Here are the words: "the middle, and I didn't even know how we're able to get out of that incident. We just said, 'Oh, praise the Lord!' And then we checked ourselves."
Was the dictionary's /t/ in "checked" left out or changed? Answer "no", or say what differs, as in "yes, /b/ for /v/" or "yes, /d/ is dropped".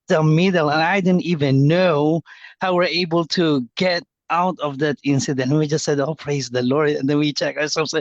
yes, /t/ is dropped